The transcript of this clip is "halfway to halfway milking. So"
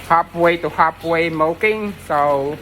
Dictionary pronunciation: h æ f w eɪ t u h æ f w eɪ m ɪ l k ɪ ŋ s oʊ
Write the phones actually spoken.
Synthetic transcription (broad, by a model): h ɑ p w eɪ t u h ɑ p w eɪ m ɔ k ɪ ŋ s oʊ